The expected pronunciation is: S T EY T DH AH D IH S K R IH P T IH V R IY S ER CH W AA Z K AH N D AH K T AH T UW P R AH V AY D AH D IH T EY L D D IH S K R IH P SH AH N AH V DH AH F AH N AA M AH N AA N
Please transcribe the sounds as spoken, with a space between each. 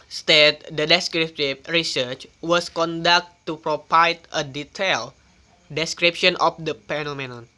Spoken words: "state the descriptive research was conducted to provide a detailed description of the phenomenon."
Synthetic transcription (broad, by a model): S T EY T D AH D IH S K R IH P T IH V R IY S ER CH W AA S K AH N D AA K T T UW P R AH P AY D AH D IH T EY L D D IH S K R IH P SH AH N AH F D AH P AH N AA M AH N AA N